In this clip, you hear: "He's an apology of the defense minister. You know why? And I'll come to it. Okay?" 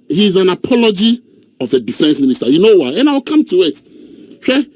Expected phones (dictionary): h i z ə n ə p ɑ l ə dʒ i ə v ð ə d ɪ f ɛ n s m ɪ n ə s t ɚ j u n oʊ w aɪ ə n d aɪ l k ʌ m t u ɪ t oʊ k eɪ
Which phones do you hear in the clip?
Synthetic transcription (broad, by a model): h i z ə n ə p ɑ l ə dʒ i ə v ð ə d ɪ f ɛ n s m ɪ n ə s t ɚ j u n oʊ w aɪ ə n aɪ w k ʌ m t u ɪ t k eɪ